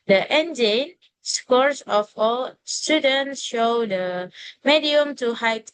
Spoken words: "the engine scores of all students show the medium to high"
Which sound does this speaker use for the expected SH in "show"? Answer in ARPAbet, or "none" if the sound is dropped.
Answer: SH